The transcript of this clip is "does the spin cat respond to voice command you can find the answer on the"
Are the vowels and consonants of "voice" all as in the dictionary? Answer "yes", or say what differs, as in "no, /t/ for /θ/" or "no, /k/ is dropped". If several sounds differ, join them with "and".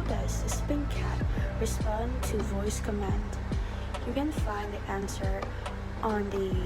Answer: yes